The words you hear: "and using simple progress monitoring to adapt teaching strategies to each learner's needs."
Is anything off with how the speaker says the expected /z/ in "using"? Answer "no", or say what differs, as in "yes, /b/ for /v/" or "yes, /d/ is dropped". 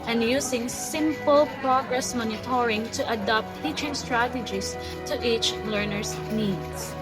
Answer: yes, /s/ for /z/